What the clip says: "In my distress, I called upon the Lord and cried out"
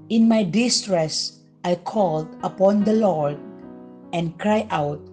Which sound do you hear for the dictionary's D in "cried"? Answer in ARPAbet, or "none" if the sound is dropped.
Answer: none